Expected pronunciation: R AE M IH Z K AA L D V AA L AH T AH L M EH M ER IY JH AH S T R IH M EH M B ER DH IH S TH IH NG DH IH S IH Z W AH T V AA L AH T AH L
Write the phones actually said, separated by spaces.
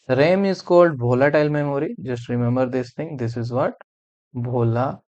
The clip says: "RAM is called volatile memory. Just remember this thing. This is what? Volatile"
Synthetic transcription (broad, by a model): R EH M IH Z K AA L D B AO L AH T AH L M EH M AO IY JH AH S T R IH M EH M B ER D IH S T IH NG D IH S IH Z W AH T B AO L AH